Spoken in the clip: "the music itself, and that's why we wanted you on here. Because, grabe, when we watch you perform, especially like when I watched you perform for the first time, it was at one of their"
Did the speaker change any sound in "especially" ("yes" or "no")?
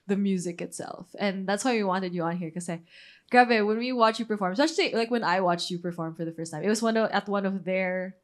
yes